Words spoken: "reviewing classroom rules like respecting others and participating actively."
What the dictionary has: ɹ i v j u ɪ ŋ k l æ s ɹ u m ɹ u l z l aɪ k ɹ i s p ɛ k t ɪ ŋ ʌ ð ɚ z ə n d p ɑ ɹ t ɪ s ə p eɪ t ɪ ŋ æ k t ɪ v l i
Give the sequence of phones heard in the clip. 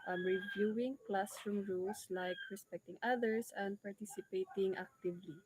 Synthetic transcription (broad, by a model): ɹ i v j u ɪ ŋ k l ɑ s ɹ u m ɹ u l s l aɪ k ɹ i s p ɛ k t ɪ ŋ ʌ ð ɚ s ə n d p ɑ ɹ t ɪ s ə p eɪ t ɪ ŋ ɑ k t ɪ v l i